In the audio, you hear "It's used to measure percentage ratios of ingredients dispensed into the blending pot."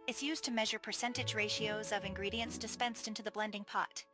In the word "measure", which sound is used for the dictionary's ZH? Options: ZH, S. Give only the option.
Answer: ZH